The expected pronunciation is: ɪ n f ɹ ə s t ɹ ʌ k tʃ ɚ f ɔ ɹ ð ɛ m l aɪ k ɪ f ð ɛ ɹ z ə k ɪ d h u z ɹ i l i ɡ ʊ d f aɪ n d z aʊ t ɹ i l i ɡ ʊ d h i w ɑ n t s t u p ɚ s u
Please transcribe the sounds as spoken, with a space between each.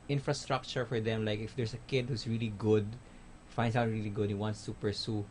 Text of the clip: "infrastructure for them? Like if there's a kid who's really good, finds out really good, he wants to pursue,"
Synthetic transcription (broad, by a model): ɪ n f ɹ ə s t ɹ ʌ k tʃ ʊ f ɔ ɹ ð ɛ m l aɪ k ɪ f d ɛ ɹ s ə k ɪ d h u s ɹ i l i ɡ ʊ d f aɪ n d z aʊ t ɹ i l i ɡ ʊ d h i w ɑ n t s t u p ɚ s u